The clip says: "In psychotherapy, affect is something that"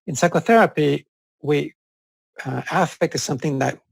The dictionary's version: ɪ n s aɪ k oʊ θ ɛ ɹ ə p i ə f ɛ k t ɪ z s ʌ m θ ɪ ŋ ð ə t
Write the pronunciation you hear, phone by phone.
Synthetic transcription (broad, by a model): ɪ n s aɪ k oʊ θ ɛ ɹ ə p i ə f ɛ k t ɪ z s ʌ m θ ɪ ŋ ð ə t